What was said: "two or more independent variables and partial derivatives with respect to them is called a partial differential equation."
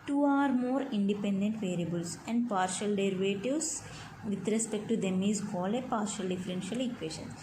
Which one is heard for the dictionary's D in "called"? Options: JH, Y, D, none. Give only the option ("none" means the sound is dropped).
none